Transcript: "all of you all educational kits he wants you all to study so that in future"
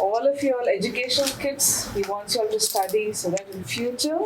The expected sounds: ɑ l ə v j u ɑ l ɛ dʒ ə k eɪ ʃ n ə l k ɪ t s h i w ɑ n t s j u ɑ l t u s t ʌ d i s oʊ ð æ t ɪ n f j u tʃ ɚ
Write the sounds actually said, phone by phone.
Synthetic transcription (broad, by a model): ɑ l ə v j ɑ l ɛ dʒ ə k eɪ ʃ ə n k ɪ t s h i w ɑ n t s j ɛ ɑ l t u s t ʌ d i s oʊ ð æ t ɪ n f j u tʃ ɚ